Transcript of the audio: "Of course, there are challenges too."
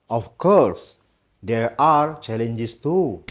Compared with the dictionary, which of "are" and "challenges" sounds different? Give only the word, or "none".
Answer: challenges